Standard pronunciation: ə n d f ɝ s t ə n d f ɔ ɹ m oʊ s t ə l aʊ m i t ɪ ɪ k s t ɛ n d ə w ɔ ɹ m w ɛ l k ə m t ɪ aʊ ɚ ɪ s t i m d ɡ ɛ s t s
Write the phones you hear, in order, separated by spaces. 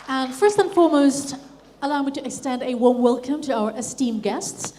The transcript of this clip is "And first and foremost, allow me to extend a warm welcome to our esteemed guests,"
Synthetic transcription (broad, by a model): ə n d f ɝ s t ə n f ɔ ɹ m oʊ s t ə l aʊ m i t ɪ ɪ k s t ɛ n d ə w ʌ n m w ɛ l k ə m t ɪ aʊ ɚ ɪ s t i m ɡ ɛ s t s